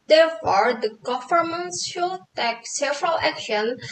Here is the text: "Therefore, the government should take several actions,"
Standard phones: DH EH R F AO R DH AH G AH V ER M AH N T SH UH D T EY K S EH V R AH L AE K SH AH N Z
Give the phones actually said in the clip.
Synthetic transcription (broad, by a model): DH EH R F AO R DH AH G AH F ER M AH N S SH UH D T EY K S EH V R AH L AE K SH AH N